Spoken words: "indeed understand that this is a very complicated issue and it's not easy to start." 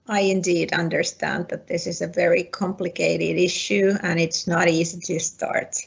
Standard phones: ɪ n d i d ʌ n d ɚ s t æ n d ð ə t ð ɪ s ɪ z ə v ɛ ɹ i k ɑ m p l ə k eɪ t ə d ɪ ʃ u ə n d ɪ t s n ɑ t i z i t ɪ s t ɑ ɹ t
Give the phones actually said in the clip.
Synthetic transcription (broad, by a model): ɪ n d i d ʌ n d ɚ s t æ n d ð ə t ð ɪ s ɪ z ə v ɛ ɹ i k ɑ m p l ə k eɪ t ə d ɪ ʃ u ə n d ɪ t s n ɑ t i z i t ɪ s t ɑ ɹ t